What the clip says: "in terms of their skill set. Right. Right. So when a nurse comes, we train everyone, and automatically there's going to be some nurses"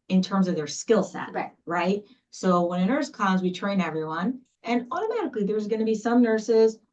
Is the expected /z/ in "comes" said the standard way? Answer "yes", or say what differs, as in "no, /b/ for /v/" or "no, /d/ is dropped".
yes